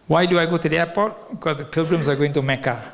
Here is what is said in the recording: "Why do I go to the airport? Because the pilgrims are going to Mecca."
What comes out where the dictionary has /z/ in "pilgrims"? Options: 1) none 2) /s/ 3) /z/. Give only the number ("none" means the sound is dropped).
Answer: 2